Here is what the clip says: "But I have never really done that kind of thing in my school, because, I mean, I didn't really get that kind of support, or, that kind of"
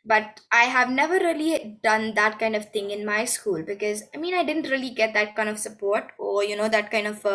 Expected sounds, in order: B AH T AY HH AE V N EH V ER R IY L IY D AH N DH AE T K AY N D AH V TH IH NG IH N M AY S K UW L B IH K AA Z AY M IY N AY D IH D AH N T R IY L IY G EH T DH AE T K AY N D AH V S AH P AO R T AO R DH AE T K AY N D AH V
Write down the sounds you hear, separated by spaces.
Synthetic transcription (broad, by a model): B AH T AY HH AE V N EH V ER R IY L IY D AH N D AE T K AY N D AH V T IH NG IH N M AY S K UW L B IH K AA Z AY M IY N AY D IH D AH N T R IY L IY G EH T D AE T K AY N D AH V S AH P AO R T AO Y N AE T K AY N D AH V